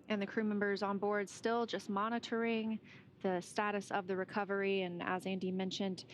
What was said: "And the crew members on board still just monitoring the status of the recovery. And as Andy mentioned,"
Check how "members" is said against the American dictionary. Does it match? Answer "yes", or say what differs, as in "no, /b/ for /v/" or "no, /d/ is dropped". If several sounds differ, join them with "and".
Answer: yes